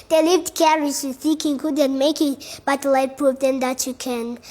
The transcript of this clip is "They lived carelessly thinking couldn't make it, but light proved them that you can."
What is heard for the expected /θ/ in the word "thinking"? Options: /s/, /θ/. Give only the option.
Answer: /s/